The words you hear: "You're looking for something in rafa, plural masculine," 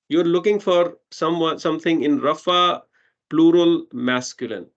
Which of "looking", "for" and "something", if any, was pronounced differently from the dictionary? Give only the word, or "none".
something